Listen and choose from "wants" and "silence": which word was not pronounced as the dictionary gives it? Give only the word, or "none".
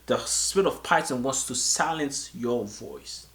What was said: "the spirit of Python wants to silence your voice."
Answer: none